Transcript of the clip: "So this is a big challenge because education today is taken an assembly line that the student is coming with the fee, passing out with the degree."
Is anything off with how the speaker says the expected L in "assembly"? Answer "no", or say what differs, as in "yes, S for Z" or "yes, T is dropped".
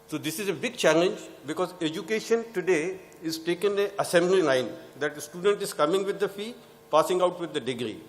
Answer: no